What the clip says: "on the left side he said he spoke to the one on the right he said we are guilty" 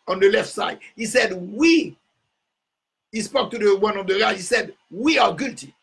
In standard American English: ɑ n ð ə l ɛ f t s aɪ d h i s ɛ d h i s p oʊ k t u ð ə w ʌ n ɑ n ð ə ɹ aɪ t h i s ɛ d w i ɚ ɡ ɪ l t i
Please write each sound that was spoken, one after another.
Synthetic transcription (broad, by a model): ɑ n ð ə l ɛ f t s aɪ d h i s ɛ d h i s p oʊ k t u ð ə w ʌ n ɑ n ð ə l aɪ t h i s ɛ d w i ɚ ɡ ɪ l t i